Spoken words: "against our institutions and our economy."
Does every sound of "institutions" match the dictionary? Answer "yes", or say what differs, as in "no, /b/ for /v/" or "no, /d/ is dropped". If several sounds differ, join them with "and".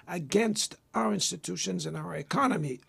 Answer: yes